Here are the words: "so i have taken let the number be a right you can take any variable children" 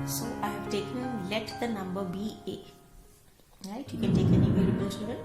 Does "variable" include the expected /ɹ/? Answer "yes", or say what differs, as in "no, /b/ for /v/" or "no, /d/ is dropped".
no, /l/ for /ɹ/